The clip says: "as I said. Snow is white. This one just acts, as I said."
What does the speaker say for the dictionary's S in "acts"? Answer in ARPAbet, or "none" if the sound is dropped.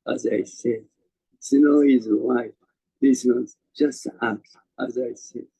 none